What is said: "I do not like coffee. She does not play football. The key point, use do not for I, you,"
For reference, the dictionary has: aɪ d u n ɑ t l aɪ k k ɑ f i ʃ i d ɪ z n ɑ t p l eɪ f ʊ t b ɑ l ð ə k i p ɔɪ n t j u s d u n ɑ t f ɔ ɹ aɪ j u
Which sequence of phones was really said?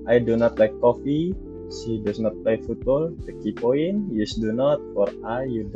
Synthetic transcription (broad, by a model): aɪ d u n ɑ t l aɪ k k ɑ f i s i d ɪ s n ɑ t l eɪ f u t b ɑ l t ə k i p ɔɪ n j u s d u n ɑ t f ɔ ɹ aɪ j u